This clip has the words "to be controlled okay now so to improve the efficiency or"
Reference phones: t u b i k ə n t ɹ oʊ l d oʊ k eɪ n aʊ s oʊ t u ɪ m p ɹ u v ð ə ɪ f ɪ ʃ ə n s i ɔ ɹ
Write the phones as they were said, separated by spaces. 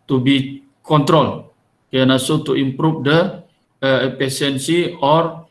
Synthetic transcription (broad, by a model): t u b i k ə n t ɹ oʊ l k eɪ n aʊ s oʊ t u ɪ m p ɹ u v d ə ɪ p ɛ s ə n s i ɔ ɹ